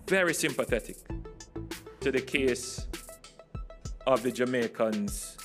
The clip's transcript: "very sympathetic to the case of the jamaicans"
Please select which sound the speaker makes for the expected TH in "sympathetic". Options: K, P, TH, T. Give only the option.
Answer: TH